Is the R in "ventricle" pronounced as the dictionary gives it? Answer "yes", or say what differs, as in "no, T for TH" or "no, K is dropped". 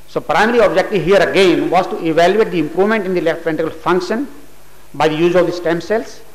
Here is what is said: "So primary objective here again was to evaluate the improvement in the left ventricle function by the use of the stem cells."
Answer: no, R is dropped